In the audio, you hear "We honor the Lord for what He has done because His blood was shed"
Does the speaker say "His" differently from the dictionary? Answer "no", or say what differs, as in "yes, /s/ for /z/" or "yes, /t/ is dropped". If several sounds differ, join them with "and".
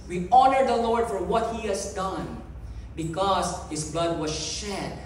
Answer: yes, /s/ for /z/